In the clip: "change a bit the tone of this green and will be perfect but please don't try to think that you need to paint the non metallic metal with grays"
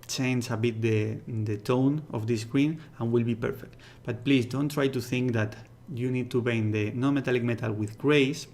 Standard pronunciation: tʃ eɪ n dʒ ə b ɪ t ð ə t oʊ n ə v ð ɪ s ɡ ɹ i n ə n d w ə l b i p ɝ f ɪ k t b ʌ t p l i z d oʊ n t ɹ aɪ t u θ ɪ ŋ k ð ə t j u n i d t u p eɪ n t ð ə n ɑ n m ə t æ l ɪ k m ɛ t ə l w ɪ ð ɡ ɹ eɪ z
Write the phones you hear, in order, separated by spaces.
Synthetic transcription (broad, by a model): tʃ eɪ n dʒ ə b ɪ t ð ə t oʊ n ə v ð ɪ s ɡ ɹ i n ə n w ə l b i p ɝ f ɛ k t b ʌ t p l i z d oʊ n t ɹ aɪ t u θ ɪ ŋ k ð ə t j u n i d t u b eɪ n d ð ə n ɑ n m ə t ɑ l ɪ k m ɛ t ə l w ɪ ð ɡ ɹ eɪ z